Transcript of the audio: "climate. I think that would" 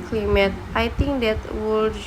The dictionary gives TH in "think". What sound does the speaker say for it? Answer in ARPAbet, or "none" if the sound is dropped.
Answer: T